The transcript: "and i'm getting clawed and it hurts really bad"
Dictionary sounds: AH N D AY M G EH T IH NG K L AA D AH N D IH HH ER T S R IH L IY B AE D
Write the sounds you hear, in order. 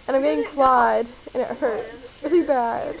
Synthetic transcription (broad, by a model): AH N AY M G EH T IH NG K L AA D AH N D IH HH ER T R IH L IY B AE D